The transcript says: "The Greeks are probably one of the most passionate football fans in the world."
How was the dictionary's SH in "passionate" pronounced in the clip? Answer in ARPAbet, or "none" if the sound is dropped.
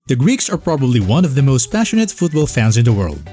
SH